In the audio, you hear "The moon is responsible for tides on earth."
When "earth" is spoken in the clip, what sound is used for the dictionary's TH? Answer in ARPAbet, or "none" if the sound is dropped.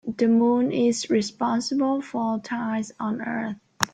TH